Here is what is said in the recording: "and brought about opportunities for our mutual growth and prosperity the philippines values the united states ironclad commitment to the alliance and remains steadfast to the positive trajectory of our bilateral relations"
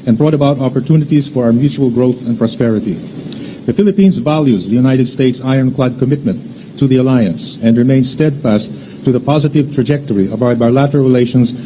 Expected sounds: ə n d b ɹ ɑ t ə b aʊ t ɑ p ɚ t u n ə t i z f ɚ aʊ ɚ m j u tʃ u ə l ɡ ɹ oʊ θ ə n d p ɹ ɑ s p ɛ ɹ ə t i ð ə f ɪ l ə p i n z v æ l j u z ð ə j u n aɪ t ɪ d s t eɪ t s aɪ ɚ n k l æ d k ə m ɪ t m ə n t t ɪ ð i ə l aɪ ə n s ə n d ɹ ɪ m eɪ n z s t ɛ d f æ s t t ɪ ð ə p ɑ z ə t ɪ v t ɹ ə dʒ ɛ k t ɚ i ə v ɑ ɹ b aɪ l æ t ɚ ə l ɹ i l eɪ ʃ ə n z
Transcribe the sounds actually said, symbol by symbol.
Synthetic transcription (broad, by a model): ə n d b ɹ ɑ t ə b aʊ t ɑ p ɚ t u n ə t i z f ɚ aʊ ɚ m j u tʃ u ə l ɡ ɹ oʊ θ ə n p ɹ ɑ s p ɛ ɹ ə t i ð ə f ɪ l ə p i n z v æ l j u z ð ə j u n aɪ t ɪ d s t eɪ t s aɪ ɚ n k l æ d k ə m ɪ t m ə n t t ɪ ð i ə l aɪ ə n s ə n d ɹ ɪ m eɪ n s t ɛ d f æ s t t ɪ ð ə p ɑ z ə t ɪ v t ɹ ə dʒ ɛ k t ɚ i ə b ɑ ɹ b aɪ l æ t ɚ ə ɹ ɹ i l eɪ ʃ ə n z